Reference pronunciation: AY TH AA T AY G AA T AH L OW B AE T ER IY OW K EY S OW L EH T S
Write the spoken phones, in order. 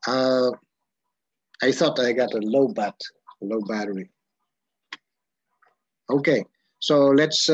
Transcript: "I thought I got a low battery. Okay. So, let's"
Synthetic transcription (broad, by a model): AY TH AA T AY G AA T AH L OW B AE T ER IY OW K EY S OW L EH T S